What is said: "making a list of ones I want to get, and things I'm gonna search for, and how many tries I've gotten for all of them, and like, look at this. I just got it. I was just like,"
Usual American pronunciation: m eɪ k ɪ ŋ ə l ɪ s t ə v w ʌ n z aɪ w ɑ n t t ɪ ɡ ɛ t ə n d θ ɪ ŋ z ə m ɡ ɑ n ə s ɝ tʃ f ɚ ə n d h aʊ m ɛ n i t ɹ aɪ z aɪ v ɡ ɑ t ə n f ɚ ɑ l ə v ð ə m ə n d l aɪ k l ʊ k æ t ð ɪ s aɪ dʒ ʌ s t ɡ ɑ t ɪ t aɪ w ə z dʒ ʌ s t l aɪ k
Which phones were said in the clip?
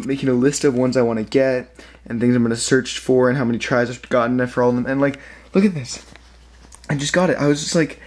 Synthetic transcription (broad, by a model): m eɪ k ɪ ŋ ə l ɪ s t ə v w ʌ n z aɪ w ɑ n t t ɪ ɡ ɛ t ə n θ ɪ ŋ z ə m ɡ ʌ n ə s ɝ tʃ f ɚ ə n h aʊ m ɛ n i t ɹ aɪ z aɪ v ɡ ɑ t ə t f ɚ ɑ l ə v ð ə m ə n l aɪ k l ʊ k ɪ t ð ɪ s aɪ dʒ ʌ s ɡ ɑ t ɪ t aɪ w ə z dʒ ʌ s t l aɪ k